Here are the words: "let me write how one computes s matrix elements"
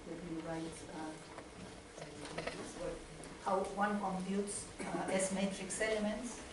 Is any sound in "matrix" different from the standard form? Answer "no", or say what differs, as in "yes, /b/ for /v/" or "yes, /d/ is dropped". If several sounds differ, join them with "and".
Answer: no